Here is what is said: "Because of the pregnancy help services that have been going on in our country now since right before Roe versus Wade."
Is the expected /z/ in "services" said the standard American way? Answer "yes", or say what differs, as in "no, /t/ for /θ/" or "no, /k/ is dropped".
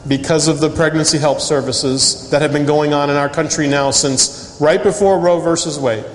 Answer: yes